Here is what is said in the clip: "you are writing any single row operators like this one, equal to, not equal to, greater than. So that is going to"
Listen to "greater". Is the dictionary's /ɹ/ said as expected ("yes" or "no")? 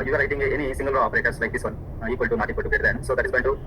no